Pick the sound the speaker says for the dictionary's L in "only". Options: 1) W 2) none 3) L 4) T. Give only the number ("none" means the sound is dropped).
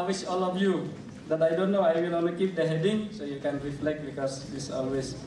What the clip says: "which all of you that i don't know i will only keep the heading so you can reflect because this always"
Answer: 2